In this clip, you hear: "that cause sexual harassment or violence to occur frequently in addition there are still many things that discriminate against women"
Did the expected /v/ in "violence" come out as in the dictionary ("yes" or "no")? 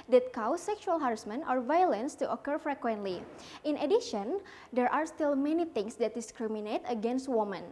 yes